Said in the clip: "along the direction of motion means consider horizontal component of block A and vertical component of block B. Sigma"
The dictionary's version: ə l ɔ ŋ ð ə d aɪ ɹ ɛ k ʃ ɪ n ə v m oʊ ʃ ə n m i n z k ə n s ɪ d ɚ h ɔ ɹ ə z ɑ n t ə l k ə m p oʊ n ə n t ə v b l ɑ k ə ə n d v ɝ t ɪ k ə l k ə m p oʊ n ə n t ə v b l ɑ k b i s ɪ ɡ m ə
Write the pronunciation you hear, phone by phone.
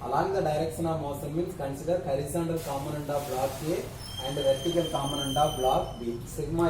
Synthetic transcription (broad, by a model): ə l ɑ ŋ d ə d aɪ ɹ ɛ k ʃ ɪ n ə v m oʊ s ə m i n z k ə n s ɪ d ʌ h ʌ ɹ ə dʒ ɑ n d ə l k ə m oʊ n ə n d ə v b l ɑ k ə ə n d v ɝ t ɪ k ə l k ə m oʊ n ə n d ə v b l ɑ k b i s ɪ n m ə